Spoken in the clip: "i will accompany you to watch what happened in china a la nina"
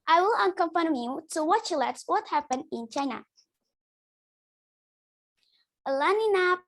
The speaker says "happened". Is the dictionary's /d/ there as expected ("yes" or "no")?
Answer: no